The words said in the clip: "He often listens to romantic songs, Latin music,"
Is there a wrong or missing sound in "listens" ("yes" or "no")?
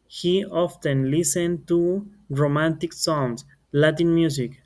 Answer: yes